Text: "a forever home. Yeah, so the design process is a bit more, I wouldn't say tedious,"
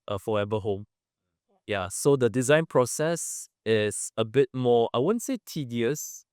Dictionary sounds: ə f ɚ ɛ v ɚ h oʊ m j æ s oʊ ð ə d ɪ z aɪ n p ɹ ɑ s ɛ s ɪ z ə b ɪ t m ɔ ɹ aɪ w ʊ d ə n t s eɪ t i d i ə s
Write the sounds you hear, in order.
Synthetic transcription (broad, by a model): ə f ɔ ɛ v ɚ h oʊ m j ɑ s oʊ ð ə d ɪ z aɪ n p ɹ ɑ s ɛ s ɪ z ə b ɪ t m ɔ aɪ w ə n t s eɪ t i d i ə s